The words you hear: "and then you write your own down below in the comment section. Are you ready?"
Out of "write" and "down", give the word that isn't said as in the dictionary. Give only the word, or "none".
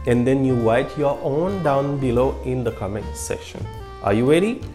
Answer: write